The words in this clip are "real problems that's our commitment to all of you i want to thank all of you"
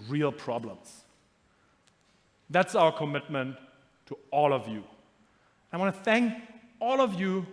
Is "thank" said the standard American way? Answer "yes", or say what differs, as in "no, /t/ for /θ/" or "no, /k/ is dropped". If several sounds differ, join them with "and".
yes